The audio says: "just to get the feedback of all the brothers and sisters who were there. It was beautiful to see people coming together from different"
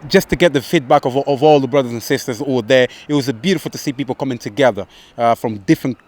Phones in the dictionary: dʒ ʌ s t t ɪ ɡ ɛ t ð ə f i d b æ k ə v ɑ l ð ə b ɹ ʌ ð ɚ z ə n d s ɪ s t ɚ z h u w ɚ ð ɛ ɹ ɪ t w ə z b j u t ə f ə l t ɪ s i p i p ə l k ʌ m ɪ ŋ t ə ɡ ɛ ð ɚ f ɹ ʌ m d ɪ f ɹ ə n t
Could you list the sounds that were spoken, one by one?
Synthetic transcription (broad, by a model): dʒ ʌ s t t ɪ ɡ ɛ t ð ə f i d b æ k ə v ɑ l ð ə b ɹ ʌ ð ɚ z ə n s ɪ s t ɚ z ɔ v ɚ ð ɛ ɹ ɪ t w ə z b j u t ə f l t ɪ s i p i p l k ʌ m ɪ ŋ t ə ɡ ɛ ð ɚ f ɹ ʌ m d ɪ f ɹ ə n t